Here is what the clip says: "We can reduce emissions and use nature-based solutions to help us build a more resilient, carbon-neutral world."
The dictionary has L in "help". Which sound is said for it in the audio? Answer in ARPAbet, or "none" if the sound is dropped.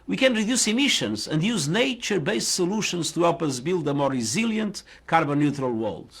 none